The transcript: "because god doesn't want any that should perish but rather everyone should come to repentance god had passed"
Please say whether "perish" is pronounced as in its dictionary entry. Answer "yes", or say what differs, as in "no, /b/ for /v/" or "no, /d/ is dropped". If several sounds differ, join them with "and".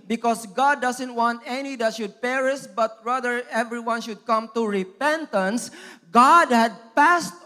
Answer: no, /s/ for /ʃ/